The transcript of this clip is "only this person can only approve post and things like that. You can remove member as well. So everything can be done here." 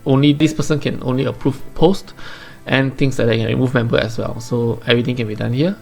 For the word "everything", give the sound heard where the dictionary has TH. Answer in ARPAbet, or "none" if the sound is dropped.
T